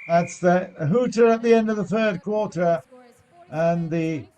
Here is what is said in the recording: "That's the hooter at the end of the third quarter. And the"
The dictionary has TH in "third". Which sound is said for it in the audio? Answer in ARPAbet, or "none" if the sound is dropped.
TH